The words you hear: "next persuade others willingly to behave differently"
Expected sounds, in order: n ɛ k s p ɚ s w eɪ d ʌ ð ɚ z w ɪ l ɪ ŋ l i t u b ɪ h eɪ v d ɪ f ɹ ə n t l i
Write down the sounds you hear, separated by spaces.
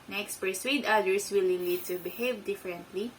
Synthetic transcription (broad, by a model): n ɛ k s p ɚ s w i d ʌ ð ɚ s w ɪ l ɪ l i t u b ɪ h eɪ v d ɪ f ɹ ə n t l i